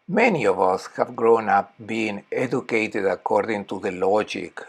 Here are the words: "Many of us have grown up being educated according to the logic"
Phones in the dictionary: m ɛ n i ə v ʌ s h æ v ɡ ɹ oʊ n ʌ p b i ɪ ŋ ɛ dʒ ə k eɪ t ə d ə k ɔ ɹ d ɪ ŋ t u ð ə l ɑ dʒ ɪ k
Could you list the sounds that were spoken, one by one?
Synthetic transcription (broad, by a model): m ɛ n i ə v ʌ s h æ v ɡ ɹ oʊ n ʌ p b i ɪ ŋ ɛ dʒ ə k eɪ t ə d ə k ɔ ɹ d ɪ ŋ t u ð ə l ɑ dʒ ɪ k